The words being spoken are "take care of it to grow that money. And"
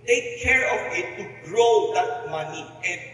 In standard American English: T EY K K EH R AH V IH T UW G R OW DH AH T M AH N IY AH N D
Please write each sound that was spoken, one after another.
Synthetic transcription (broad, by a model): T EY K K EH R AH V IH T UW G R OW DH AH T M AH N IY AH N